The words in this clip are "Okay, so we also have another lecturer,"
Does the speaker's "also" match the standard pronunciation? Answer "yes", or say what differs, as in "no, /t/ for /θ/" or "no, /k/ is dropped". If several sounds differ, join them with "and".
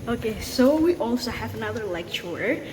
yes